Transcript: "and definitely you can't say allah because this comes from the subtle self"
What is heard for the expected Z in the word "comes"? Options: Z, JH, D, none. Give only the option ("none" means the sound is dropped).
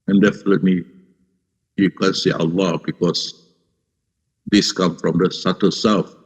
none